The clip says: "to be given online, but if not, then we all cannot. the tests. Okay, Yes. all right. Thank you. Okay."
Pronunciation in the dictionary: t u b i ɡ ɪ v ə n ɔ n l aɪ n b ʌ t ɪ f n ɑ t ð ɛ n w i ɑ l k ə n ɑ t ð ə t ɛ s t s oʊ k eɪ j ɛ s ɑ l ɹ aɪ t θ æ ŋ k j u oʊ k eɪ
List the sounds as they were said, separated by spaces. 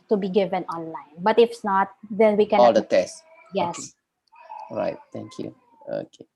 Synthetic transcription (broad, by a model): t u b i ɡ ɪ v ə n ɔ n l aɪ n b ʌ t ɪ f n ɑ t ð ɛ n w i k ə ɑ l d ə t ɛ s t j ɛ s ɹ aɪ t t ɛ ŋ k j u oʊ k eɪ